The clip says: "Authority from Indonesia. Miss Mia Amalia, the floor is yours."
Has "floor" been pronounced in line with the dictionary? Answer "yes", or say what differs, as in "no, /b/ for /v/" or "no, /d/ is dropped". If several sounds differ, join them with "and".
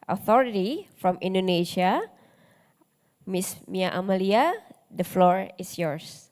yes